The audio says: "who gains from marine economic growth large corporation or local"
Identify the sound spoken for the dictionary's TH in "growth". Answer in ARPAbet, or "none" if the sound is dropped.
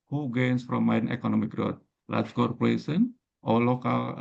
T